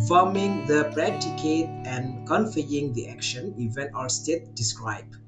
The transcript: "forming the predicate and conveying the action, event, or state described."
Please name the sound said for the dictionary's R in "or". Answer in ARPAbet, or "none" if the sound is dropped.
L